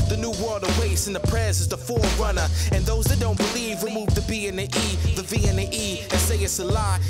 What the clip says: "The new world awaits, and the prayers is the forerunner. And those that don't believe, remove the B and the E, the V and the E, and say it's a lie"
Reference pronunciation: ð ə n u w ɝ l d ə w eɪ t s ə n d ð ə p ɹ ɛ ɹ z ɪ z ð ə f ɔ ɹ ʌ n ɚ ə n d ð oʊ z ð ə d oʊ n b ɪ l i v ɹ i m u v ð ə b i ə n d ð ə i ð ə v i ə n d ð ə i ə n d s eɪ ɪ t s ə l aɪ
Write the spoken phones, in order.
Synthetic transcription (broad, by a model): ð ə n u w ɝ l d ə w eɪ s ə n ð ə p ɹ ɛ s ɪ z ð ə f ɔ ɹ ʌ n ɚ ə n ð oʊ z ð ə d oʊ n b ɪ l i v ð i m u v ð ə b i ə n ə i ð ə v i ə n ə i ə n s eɪ ɪ t s ə l aɪ